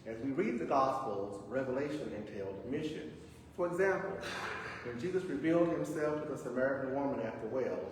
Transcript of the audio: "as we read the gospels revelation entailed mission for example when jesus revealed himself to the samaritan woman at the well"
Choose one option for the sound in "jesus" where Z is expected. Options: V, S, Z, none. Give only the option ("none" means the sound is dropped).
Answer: Z